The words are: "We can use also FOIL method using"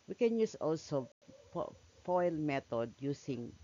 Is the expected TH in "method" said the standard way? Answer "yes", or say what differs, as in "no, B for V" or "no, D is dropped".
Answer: no, T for TH